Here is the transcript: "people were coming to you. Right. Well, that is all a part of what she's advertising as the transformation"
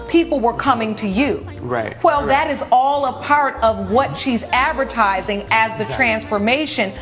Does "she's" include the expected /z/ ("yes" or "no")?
yes